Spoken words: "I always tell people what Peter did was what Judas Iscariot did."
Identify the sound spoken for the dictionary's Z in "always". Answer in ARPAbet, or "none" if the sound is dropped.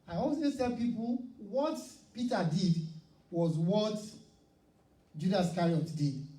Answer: none